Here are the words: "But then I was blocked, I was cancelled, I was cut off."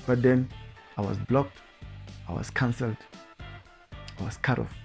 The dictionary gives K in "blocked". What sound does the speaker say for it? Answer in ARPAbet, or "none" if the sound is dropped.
K